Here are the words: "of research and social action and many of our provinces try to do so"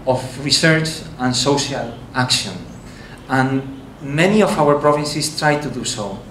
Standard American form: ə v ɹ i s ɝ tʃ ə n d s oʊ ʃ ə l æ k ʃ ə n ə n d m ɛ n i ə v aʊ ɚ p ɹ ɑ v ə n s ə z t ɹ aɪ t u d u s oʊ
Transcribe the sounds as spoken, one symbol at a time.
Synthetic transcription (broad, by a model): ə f ɹ i s ɝ tʃ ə n s oʊ ʃ ə l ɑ k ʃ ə n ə n m ɛ n i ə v aʊ ɚ p ɹ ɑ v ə n s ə s t ɹ aɪ t u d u s oʊ